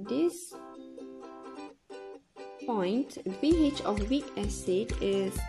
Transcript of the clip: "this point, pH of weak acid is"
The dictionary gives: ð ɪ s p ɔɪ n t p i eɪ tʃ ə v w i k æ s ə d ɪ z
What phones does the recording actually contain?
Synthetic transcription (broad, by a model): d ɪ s p ɔɪ n t b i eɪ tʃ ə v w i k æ s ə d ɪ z